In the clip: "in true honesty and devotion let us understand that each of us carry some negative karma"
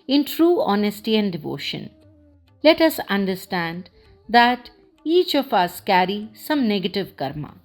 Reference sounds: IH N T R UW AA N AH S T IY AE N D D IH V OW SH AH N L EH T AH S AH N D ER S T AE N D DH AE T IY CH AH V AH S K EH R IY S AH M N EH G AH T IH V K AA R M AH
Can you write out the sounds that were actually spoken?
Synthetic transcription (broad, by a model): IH N T R UW AA N AH S T IY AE N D D IH V OW SH AH N L EH T AH S AH N D ER S T AE N D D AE T IY CH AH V AH S K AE R IY S AH M N EH G AH T IH V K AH R M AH